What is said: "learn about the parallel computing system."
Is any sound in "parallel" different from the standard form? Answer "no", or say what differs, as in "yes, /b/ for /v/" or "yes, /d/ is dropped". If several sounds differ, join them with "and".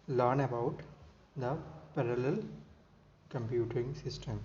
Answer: no